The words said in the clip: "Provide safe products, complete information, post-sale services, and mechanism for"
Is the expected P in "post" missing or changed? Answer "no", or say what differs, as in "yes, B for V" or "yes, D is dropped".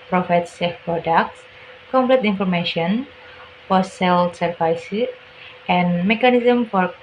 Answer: yes, F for P